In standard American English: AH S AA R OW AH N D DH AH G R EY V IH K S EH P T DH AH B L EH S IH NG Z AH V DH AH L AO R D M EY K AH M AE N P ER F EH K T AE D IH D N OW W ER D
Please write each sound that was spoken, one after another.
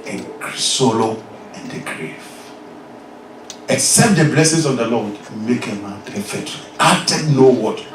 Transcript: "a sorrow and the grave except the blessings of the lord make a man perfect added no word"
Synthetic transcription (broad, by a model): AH S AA L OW AH N D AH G R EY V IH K S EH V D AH B L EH S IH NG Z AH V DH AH L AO W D M EY K AH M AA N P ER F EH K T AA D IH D N OW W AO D